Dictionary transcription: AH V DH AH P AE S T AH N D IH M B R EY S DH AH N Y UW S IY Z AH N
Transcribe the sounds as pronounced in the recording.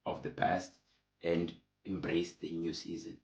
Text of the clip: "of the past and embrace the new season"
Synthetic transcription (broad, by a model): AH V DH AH P AE S T AH N D IH M B R EY S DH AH N Y UW S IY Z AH N